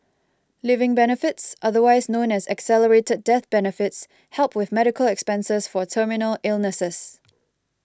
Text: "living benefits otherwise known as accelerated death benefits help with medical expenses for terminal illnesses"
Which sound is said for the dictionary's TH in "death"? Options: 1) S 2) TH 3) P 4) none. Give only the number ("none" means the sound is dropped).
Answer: 2